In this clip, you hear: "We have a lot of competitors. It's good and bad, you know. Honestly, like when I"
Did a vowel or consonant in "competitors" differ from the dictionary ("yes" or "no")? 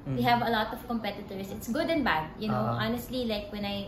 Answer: yes